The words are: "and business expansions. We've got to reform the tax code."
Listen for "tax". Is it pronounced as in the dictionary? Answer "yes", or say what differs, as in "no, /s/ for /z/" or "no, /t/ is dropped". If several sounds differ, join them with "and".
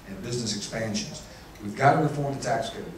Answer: yes